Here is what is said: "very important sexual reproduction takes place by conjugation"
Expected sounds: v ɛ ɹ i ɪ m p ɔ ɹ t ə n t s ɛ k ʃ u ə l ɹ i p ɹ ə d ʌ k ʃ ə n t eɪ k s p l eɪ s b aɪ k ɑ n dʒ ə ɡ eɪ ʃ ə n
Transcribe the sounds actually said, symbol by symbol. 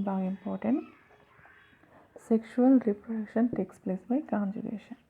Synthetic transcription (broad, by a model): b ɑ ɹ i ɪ m p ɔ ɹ t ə n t s ɛ k ʃ u ə l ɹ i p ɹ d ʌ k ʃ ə n t eɪ k s p l eɪ s b aɪ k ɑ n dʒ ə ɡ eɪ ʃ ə n